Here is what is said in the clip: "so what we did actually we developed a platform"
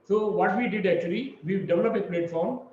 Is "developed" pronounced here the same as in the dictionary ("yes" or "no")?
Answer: no